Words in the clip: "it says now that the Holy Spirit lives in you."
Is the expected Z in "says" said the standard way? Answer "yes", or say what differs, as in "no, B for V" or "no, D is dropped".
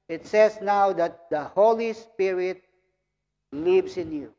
no, S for Z